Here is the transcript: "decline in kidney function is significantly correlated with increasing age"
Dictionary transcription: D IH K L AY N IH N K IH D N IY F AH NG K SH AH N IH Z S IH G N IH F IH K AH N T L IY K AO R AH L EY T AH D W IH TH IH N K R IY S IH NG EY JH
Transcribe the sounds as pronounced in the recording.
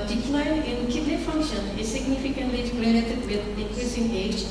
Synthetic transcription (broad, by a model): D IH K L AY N IH N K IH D L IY F AH NG K SH AH N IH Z S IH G N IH F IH K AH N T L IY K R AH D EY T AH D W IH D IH K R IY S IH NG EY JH